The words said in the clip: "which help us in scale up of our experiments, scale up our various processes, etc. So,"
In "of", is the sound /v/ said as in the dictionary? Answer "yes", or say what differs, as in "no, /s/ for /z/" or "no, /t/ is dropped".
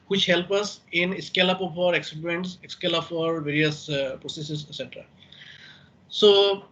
no, /p/ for /v/